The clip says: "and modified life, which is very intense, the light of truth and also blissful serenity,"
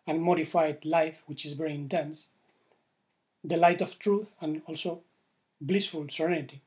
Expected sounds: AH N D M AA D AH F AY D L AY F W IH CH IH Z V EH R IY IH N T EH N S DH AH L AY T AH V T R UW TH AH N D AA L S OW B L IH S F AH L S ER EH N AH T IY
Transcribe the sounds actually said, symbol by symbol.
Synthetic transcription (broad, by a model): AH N M AA D AH F AY D L AY F W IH CH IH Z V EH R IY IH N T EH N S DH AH L AY T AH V T R UW TH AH N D AA L S OW B L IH S F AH L S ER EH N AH T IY